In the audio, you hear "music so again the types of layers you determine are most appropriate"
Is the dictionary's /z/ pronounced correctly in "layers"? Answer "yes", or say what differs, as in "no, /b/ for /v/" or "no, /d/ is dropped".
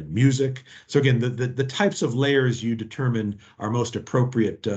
yes